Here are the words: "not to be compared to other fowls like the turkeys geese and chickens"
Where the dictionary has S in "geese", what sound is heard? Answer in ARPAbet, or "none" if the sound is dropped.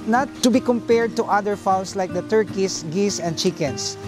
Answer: S